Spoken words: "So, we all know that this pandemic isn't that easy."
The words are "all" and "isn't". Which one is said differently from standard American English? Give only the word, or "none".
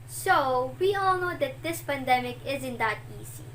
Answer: none